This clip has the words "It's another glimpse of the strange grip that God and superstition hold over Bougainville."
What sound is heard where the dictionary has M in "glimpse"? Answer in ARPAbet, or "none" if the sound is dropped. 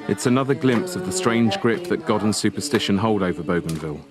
M